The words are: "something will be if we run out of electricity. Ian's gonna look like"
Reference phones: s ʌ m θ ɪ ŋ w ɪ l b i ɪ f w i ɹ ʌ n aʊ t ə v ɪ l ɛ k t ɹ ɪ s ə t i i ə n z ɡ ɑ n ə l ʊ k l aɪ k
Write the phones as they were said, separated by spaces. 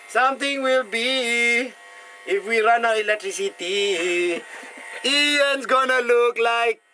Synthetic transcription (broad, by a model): s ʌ m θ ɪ ŋ w ɪ l b i ɪ f w i ɹ ʌ n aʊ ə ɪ l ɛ k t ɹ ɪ s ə t i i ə n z ɡ ɑ n ə l ʊ k l aɪ k